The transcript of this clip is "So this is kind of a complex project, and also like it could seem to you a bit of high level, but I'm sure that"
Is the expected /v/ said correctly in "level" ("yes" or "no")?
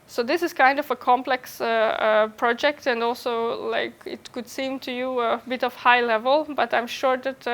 yes